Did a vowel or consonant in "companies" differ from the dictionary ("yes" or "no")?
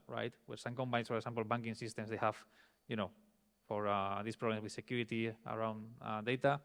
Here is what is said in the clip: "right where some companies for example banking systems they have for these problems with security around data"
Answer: yes